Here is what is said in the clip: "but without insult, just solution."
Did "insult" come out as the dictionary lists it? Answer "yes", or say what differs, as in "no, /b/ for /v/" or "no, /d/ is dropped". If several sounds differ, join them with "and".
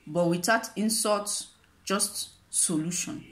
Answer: no, /l/ is dropped